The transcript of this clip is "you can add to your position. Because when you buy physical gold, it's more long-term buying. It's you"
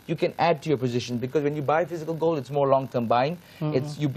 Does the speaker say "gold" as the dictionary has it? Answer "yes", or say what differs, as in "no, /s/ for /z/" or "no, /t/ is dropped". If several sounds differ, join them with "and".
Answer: no, /d/ is dropped